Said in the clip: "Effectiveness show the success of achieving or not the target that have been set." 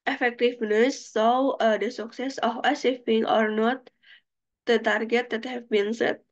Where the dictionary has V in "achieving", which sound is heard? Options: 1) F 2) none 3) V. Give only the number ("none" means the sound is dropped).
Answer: 1